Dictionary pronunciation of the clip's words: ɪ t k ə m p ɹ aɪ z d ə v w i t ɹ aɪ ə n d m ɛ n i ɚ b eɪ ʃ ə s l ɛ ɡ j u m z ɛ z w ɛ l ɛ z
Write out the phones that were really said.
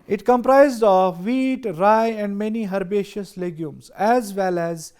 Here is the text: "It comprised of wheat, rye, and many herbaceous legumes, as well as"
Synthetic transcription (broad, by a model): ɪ t k ə m p ɹ aɪ z d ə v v i t ɹ aɪ ə n d m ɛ n i ɚ b eɪ ʃ ə s l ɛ ɡ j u m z ɛ z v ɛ l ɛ z